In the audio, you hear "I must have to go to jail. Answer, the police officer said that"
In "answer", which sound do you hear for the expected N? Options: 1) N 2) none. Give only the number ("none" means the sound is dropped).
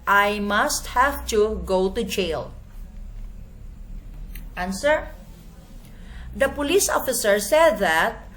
1